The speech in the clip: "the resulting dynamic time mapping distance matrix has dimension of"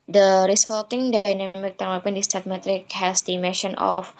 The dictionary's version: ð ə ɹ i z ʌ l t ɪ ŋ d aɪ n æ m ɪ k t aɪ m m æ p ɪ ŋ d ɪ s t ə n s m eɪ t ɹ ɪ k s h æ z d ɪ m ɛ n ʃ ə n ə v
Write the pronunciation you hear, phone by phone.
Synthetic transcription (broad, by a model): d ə ɹ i s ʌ l t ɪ ŋ d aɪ n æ m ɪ k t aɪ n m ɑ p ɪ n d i s t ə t m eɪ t ɹ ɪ k h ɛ s d ɪ m ɛ n ʃ ə n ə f